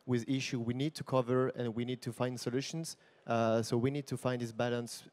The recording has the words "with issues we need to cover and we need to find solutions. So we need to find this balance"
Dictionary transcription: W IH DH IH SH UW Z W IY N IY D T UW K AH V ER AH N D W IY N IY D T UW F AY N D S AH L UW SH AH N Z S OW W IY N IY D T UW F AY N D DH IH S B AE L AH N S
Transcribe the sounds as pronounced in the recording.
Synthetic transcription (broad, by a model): W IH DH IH SH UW W IY N IY D T UW K AH V ER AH N W IY N IY D T UW F AY N D S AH L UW SH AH N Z S OW W IY N IY D T UW F AY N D DH IH S B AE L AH N S